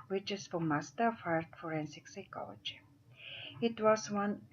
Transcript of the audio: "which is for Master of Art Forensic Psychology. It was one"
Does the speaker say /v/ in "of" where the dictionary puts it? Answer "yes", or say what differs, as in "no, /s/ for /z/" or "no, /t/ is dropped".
no, /f/ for /v/